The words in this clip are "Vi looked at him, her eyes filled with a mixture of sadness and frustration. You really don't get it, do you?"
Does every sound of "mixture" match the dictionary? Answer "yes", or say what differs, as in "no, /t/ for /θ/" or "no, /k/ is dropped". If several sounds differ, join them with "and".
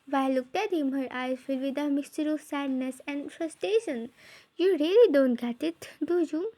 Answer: no, /k/ is dropped